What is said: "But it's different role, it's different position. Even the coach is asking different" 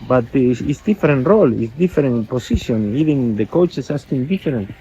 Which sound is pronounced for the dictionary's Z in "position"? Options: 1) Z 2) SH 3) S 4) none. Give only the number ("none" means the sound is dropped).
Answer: 3